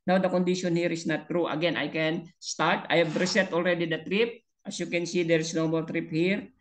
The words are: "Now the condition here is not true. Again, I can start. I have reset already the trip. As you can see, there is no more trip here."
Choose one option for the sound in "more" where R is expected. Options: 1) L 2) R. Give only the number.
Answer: 1